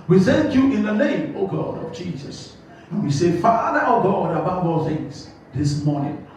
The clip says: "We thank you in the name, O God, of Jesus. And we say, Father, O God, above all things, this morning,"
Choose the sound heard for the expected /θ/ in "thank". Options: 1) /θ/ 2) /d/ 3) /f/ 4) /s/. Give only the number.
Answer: 4